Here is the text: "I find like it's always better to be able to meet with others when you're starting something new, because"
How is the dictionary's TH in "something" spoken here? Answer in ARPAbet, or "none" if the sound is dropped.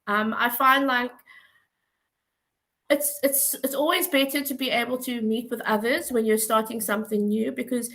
TH